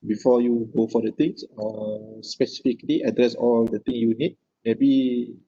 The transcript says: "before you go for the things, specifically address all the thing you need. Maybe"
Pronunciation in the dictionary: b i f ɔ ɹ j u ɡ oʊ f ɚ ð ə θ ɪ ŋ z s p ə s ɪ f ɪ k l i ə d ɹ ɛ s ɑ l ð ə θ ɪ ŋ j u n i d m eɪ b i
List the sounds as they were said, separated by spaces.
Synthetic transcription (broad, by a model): b i f ɔ j u ɡ oʊ f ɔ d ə t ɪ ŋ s s p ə s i f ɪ k l i ə d ɹ ɛ s ɑ l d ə t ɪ ŋ j u n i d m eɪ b i